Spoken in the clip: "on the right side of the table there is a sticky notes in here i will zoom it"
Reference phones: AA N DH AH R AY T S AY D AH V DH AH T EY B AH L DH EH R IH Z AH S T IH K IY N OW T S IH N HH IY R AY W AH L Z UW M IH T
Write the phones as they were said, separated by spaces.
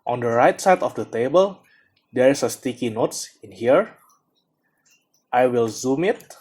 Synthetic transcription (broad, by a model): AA N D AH R AY T S AY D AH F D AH T EY B AH L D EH R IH S AH S T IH K IY N OW T S IH N HH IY R AY W AH L Z UW M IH T